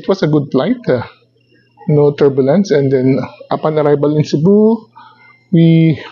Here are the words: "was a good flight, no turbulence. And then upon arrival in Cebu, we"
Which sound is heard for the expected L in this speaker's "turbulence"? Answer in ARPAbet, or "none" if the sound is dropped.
L